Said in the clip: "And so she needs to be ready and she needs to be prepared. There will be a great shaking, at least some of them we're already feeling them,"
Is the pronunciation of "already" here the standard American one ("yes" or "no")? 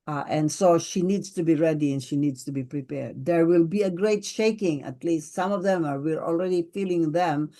yes